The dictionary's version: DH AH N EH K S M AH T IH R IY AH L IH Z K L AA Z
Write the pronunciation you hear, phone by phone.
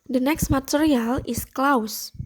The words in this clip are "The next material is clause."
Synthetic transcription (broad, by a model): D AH N EH K S M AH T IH R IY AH L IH S K L AA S